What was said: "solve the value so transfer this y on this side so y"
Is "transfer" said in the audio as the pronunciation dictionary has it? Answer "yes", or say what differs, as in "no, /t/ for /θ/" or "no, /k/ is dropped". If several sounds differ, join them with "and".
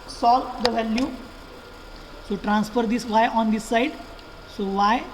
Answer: yes